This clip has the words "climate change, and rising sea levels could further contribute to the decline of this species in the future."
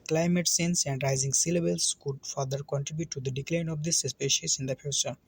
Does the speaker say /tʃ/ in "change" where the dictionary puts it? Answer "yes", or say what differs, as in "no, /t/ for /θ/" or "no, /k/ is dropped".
no, /s/ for /tʃ/